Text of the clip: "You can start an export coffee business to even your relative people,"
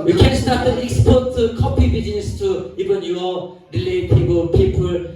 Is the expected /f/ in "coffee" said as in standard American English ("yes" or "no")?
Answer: no